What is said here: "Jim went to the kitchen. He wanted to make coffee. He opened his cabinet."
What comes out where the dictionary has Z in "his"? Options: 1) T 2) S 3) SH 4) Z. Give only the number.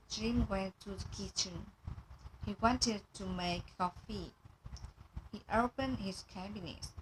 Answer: 2